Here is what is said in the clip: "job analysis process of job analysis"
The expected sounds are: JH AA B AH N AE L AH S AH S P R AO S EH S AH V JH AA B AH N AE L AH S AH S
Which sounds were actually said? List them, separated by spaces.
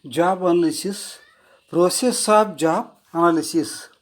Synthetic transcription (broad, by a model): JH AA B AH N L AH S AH S P R AO S EH S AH P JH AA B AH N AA L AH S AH S